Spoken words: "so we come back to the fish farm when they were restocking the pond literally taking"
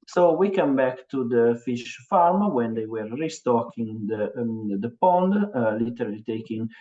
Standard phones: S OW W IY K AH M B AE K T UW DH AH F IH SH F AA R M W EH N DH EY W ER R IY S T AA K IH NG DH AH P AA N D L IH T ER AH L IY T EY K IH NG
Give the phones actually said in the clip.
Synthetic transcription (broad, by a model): S OW W IY K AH M B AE K T UW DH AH F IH SH F AA R M W EH N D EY W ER R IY S T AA K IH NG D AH P AA N D L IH T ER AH L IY T EY K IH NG